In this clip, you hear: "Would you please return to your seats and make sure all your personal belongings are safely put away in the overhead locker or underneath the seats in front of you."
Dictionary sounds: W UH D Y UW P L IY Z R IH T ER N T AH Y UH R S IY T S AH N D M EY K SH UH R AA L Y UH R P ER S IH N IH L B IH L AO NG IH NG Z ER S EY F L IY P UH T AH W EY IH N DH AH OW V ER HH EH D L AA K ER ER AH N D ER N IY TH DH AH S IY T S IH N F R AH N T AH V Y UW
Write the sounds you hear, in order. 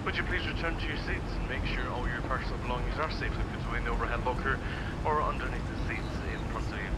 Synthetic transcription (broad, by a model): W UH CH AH P L IY Z R IH T ER N T AH Y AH R S IY T S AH N M EY K SH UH R AA L Y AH R P ER S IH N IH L B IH L AO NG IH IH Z ER S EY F W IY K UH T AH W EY IH N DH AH OW V ER HH EH D L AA K ER ER AH N D ER N IY TH DH AH S IY T S IH N P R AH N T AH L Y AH